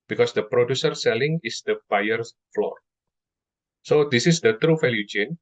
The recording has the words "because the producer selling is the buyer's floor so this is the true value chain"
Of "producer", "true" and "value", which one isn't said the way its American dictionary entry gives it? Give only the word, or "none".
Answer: value